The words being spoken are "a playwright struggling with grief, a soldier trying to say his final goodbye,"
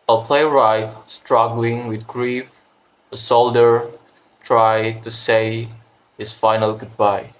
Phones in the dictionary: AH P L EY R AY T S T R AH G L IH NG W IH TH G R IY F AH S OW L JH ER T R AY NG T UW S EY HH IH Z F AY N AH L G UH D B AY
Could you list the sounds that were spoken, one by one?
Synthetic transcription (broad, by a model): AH P L EY R AY T S T R AH G L IH NG W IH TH G R IY F AH S OW L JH ER T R AY T UW S EY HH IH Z F AY N AH L G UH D B AY